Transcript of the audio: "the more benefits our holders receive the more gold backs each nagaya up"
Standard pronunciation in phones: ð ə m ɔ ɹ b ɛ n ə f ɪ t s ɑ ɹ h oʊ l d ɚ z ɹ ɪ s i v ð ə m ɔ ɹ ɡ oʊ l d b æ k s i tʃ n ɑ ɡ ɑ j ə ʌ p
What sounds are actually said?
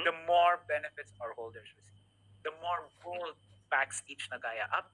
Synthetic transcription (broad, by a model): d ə m ɔ ɹ b ɛ n ə f ɪ t s ɑ ɹ h oʊ l d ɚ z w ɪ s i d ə m ɔ ɹ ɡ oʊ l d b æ k s i tʃ n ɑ ɡ ɑ j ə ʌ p